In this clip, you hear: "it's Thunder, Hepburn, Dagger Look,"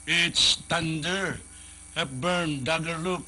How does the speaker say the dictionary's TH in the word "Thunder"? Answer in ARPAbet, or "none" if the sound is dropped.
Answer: T